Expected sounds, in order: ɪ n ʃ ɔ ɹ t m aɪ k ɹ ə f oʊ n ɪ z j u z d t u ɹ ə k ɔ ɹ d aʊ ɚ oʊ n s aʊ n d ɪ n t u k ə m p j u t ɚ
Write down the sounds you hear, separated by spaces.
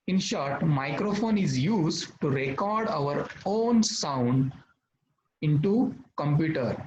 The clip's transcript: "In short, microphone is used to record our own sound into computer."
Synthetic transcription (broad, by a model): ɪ n ʃ ɔ ɹ t m aɪ k ɹ ə f oʊ n ɪ z j u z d t u ɹ ə k ɔ ɹ d aʊ ɚ oʊ n s aʊ n d ɪ n t u k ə m p j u t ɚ